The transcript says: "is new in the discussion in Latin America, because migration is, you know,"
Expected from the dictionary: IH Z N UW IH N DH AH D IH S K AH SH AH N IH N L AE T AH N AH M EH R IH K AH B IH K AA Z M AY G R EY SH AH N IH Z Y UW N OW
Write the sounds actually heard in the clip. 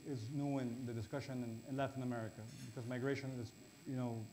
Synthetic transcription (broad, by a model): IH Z N UW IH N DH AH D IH S K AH SH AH N IH N L AE T AH N AH M EH R IH K AH B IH K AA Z M AY G R EY SH AH N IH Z Y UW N OW